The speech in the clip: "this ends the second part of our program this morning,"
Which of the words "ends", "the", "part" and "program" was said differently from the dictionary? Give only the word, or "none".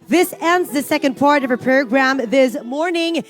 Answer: none